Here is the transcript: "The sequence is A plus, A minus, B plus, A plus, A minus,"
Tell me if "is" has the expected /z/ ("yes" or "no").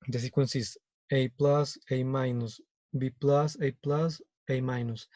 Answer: no